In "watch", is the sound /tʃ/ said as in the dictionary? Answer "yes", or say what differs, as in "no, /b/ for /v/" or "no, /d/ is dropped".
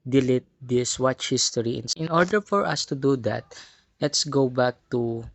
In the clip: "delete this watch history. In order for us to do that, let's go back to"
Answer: yes